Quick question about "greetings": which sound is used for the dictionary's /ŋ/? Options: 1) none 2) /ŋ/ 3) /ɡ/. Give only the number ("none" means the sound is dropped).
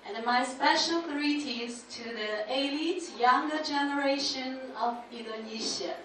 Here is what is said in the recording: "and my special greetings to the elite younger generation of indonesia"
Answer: 1